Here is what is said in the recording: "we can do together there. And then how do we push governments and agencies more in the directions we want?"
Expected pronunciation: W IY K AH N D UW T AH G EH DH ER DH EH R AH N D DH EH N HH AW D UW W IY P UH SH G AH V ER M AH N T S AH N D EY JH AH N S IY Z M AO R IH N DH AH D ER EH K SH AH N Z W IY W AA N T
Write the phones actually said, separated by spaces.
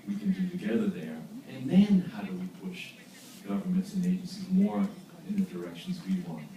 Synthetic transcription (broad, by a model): W IY K AH N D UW T AH G EH DH ER DH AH R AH N DH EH N HH AW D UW W IY P UH SH G AH V ER M AH N T S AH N EY JH AH N S IY Z M AO R IH N DH AH D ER EH K SH N Z W IY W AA N T